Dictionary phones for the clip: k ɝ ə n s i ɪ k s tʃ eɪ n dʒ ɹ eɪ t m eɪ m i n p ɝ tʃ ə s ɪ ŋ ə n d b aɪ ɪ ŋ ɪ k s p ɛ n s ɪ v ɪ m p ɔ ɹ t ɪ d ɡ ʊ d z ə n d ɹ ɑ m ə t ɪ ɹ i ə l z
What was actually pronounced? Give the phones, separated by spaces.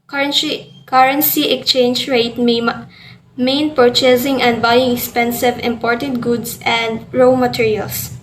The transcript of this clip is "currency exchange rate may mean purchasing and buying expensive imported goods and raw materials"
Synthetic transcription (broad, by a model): k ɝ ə n s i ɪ k tʃ eɪ n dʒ ɹ eɪ t m eɪ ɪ n p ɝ tʃ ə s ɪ ŋ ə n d b aɪ ɪ ŋ ɪ k s p ɛ n s ɪ v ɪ m p ɔ ɹ t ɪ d ɡ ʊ d s ə n d ɹ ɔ m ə t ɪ ɹ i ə l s